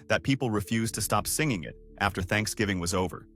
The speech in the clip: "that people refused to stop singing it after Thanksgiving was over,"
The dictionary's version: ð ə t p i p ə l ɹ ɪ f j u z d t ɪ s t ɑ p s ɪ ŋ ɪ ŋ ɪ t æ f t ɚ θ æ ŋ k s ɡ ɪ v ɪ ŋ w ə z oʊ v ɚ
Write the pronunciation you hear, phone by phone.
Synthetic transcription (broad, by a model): ð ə t p i p l ɹ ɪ f j u z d t ɪ s t ɑ p s ɪ ŋ ɪ ŋ ɪ t æ f t ɚ θ æ ŋ k s ɡ ɪ v ɪ ŋ w ə z oʊ v ɚ